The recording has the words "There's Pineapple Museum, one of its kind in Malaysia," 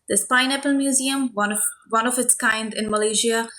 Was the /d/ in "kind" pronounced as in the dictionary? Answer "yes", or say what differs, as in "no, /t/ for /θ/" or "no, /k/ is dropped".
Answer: yes